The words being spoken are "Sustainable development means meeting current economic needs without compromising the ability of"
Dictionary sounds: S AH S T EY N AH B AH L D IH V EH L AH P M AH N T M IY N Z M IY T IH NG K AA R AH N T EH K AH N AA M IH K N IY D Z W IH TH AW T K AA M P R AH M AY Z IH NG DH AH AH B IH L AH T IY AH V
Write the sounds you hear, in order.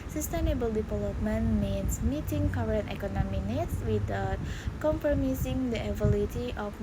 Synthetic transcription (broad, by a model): S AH S T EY N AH B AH L D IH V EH L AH P M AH N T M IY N S M IY T IH NG K AA R AH N T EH K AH N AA M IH N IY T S W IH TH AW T K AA M P R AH M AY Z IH NG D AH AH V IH L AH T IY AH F